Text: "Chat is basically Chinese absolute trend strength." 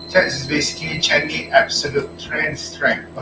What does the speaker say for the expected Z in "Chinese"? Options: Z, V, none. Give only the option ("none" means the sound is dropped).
none